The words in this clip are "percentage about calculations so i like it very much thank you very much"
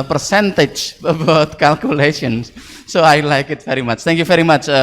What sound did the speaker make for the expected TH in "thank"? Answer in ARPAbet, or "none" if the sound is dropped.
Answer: T